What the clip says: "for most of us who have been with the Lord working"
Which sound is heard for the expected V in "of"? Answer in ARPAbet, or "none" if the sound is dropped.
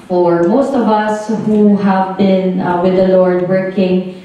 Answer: V